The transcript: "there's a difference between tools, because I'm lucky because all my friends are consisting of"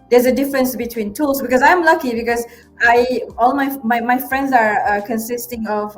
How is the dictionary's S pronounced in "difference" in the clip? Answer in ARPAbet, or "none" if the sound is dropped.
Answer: S